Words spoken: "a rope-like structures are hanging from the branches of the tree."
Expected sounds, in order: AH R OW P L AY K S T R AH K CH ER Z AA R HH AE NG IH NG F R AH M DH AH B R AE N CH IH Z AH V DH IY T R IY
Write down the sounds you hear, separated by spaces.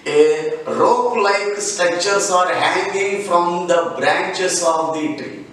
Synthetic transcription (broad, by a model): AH R OW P L AY K S T AH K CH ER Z AA R HH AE NG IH NG F R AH M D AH B R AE N CH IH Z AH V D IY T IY